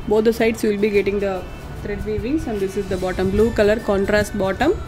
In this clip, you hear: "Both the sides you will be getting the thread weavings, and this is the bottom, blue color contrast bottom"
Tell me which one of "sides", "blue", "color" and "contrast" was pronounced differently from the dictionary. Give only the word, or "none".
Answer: sides